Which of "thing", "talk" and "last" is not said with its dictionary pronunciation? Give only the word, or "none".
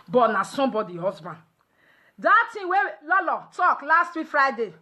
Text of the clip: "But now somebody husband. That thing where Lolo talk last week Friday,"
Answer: thing